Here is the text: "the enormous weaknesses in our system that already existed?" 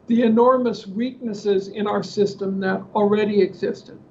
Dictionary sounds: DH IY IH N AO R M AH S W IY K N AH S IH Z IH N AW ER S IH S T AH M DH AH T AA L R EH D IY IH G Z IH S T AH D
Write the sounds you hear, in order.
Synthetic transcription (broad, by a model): DH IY IH N AO R M AH S W IY K N AH S IH Z IH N AW ER S IH S T AH M DH AH T L R EH D IY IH G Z IH S T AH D